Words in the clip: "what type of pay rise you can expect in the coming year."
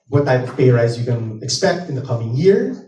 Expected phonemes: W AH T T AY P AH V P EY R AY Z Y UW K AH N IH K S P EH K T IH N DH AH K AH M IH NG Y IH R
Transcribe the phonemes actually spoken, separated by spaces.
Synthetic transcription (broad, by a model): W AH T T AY AH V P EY R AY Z Y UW K AH N IH K S P EH K T IH N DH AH K AH M IH NG Y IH R